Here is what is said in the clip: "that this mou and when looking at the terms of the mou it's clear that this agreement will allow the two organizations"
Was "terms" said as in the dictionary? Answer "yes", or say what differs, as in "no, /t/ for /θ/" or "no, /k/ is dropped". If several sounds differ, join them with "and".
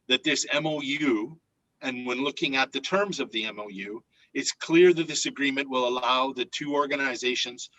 yes